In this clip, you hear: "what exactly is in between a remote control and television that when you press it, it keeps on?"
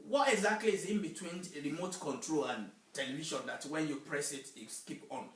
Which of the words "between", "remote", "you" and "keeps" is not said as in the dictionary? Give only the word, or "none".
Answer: keeps